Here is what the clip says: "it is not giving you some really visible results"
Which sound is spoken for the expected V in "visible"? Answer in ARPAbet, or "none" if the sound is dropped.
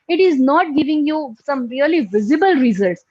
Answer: V